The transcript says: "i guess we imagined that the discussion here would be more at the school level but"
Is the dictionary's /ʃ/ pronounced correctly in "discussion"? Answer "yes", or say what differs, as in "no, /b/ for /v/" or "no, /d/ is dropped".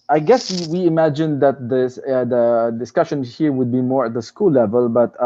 yes